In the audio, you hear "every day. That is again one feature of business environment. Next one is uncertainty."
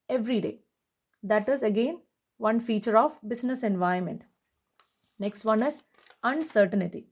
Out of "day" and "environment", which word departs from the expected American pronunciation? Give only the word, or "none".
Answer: environment